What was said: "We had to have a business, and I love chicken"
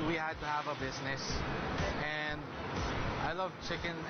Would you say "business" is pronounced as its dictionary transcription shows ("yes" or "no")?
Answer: yes